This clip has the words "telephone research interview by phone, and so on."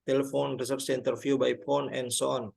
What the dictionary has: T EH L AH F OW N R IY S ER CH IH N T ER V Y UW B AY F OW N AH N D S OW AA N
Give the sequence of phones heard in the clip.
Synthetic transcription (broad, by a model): T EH L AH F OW N R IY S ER S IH N T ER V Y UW B AY P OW N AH N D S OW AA N